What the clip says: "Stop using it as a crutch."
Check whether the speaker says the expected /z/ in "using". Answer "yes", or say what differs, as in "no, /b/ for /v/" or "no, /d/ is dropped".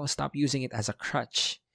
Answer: yes